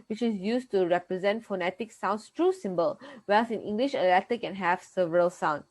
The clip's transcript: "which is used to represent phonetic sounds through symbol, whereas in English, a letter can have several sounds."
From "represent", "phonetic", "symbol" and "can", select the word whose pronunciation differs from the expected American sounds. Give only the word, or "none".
none